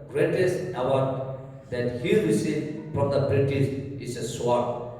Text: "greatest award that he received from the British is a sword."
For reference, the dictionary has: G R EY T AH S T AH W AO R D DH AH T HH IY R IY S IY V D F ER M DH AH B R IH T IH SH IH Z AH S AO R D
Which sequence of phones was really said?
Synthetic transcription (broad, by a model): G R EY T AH S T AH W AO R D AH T HH IY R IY S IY F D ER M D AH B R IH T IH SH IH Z AH S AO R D